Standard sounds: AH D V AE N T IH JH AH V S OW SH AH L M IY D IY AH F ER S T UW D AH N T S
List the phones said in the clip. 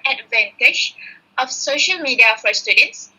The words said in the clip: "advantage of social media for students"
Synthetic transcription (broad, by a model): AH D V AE N T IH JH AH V S OW SH AH L M IY D IY AH F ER S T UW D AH N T S